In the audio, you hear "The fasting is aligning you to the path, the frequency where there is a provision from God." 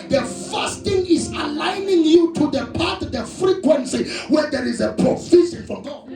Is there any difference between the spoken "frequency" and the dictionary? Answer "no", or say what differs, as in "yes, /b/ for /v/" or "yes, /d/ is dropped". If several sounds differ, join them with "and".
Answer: no